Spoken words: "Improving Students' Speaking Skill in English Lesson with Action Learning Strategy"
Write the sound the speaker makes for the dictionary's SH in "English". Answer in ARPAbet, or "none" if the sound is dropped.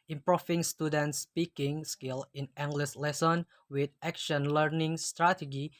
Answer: S